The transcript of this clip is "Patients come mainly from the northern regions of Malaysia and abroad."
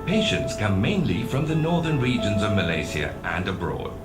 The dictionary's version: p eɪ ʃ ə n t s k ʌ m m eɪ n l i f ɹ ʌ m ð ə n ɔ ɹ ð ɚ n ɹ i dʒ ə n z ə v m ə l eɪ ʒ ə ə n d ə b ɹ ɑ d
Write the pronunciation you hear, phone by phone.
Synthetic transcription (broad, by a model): p eɪ ʃ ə n t s k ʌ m m eɪ n l i f ɹ ʌ m ð ə n ɔ ɹ ð ɚ n ɹ i dʒ ə n z ə v m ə l eɪ s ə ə n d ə b ɹ ɑ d